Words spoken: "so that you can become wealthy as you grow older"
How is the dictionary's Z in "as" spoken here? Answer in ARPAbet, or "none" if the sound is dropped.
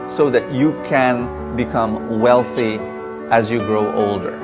Z